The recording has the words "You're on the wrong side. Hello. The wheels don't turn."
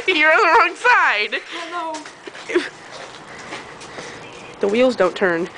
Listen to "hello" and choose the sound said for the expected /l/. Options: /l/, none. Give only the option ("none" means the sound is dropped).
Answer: none